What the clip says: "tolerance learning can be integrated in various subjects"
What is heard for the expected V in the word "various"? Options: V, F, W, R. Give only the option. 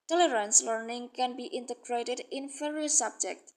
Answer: F